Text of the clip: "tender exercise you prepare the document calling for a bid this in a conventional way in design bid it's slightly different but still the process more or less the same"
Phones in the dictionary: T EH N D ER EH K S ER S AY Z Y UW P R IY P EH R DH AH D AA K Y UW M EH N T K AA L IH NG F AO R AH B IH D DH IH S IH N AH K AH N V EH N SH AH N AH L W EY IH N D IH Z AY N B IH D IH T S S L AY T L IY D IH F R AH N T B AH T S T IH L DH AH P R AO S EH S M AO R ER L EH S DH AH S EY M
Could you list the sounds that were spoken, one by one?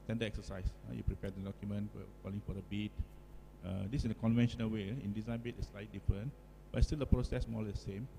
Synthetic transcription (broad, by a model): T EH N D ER EH K S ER S AY S Y UW P R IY P EH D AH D AA K Y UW M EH N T K AA L IH NG F AO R AH B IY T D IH S IH N AH K AH N V EH N SH AH N AH L W EY IH N D IH Z AY N B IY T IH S S L AY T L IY D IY F R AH N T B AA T S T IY L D AH P R AO S EH S M AO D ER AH S EY M